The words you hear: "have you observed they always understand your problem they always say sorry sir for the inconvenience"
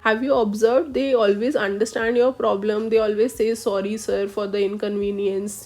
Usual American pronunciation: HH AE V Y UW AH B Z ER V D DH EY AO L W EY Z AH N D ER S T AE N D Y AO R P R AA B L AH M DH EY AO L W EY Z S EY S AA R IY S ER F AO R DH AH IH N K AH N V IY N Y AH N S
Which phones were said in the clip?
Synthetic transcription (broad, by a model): HH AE V Y UW AH B Z ER V D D EY AO L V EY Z AH N D ER S T AE N D Y AO R P R AA B L AH M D EY AO L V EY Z S EY S AA R IY S ER F AO R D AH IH N K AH N V IY N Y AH N S